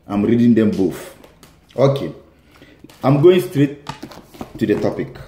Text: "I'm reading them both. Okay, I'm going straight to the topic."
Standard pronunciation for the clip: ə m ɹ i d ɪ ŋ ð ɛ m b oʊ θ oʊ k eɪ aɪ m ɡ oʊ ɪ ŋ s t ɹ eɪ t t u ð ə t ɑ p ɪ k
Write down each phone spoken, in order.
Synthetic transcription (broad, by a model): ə m ɹ i d ɪ ŋ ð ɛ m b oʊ f oʊ k eɪ aɪ m ɡ oʊ ɪ ŋ s t ɹ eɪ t t u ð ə t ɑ p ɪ k